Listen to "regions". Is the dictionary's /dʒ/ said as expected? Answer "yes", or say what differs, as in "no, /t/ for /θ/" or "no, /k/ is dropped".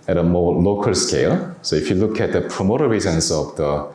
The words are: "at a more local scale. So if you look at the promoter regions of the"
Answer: no, /z/ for /dʒ/